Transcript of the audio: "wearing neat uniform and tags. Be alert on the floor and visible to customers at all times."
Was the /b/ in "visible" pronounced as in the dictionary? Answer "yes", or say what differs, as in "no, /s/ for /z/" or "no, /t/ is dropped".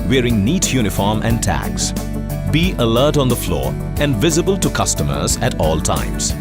yes